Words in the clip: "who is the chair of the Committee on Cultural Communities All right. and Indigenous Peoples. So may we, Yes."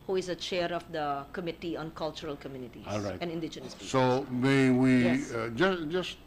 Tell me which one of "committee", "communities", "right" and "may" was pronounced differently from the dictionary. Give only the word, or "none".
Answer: communities